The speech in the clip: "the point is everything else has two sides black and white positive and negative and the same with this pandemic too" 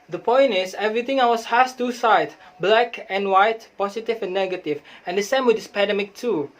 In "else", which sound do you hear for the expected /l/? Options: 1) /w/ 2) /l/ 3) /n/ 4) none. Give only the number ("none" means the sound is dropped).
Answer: 1